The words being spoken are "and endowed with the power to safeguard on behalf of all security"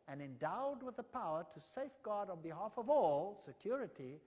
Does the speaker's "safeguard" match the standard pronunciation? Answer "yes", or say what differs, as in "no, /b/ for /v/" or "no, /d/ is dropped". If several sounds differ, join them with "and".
yes